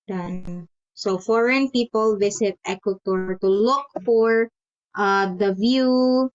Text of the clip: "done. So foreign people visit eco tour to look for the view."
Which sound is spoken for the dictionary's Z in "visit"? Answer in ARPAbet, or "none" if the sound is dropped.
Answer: S